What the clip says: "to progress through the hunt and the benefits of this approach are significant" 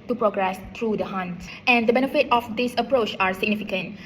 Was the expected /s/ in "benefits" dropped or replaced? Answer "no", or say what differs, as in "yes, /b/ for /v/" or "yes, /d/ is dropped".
yes, /s/ is dropped